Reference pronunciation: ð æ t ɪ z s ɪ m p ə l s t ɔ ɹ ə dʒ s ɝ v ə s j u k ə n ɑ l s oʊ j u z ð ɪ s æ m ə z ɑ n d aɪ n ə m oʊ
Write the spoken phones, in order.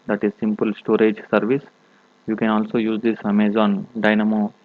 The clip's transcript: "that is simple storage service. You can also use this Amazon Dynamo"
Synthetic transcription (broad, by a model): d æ t ɪ z s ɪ m p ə l s t ɔ ɹ ə dʒ s ɝ v ə s j u k ə n ɑ l s oʊ j u z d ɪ s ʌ m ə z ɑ n d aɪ n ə m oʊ